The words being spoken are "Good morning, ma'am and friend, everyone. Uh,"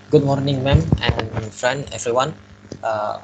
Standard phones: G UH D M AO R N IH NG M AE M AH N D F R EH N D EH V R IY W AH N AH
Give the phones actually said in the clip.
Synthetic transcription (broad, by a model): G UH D M AO R N IH NG M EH M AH N F R EH N D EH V R IY W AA N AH